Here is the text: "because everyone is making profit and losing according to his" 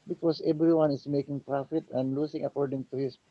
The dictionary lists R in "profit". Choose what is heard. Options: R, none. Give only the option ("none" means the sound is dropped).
R